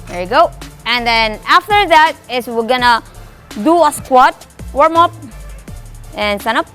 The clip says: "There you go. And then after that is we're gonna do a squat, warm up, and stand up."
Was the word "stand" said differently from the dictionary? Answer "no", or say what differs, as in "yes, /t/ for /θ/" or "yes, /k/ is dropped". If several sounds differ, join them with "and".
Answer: yes, /d/ is dropped